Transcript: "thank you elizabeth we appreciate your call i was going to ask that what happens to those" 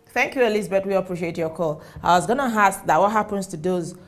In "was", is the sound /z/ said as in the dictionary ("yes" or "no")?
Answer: yes